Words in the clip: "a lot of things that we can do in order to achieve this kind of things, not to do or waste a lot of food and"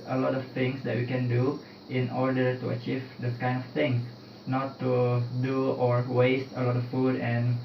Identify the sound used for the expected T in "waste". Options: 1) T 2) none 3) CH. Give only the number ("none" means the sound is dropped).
1